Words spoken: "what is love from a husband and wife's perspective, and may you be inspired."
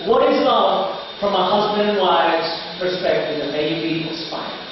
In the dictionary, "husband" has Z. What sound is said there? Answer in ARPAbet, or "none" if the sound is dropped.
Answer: Z